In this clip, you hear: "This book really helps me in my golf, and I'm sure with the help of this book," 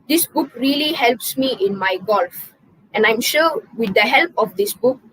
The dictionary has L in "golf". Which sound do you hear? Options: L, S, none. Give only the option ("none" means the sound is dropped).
L